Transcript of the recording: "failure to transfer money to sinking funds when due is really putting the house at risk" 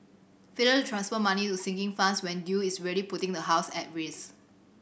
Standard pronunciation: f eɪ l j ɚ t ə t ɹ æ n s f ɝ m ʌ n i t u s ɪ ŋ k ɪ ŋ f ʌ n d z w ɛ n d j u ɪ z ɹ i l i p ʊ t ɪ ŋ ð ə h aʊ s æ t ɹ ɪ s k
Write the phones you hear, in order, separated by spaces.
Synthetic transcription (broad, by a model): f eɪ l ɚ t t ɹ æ n s f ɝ m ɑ n i t u s ɪ ŋ k ɪ ŋ f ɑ n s w ɛ n d j u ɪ s ɹ i l i p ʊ t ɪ ŋ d ə h aʊ s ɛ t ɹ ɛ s